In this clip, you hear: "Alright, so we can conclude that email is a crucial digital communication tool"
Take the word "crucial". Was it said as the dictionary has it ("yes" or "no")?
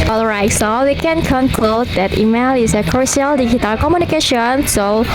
no